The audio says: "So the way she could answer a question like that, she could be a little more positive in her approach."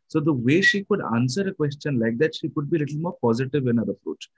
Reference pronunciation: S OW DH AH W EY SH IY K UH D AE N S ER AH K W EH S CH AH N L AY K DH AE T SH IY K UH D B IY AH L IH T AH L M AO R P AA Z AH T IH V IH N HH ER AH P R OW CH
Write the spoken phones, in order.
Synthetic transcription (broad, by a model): S OW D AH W EY SH IY K UH D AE N S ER AH K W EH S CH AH N L AY K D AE T SH IY K UH D B IY L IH T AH L M AO R P AA Z AH T IH V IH N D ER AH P R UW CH